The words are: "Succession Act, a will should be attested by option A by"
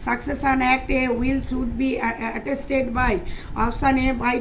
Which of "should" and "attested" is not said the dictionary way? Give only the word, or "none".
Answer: should